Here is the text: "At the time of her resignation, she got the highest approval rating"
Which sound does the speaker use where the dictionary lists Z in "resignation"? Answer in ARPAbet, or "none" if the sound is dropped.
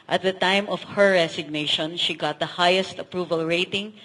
S